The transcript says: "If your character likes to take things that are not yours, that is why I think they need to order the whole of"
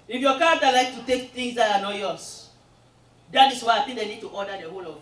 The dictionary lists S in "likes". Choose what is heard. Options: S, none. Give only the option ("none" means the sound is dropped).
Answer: none